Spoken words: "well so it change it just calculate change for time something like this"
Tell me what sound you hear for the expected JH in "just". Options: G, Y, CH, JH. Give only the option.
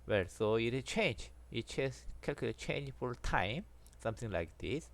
CH